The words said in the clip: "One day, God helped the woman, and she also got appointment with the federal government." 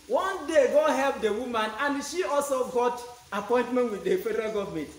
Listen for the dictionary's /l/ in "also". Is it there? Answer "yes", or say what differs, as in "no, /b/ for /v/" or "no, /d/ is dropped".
yes